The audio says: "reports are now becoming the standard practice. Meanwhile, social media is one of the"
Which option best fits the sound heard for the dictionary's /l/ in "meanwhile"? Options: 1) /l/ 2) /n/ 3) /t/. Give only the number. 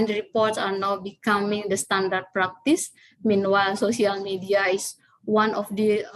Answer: 1